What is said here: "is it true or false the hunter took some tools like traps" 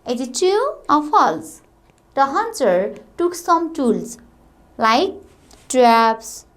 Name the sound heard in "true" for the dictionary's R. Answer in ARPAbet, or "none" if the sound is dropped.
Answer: none